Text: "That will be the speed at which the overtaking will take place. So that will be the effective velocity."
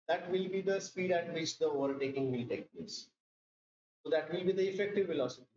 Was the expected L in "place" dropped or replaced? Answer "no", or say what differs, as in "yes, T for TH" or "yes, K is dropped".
yes, L is dropped